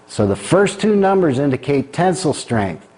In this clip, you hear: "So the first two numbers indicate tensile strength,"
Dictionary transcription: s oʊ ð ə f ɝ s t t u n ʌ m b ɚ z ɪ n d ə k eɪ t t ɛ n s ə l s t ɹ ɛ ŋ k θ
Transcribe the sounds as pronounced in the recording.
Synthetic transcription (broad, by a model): s oʊ ð ə f ɝ s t t u n ʌ m b ɚ z ɪ n d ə k eɪ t t ɛ n s l s t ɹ ɛ ŋ k θ